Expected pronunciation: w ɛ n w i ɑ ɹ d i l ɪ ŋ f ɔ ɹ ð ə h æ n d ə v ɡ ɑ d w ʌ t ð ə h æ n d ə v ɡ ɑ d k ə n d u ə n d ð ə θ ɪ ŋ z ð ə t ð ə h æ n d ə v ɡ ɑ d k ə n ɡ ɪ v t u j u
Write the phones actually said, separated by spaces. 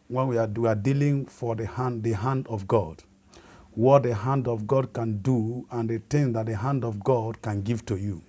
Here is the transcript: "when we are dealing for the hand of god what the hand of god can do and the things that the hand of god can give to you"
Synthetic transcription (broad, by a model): w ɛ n w i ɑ w d i l ɪ ŋ f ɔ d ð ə h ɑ n d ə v ɡ ɑ d w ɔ t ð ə h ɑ n d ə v ɡ ɑ d k ə n d u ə n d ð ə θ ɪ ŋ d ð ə t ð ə h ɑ n d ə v ɡ ɑ d k ə n ɡ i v t u j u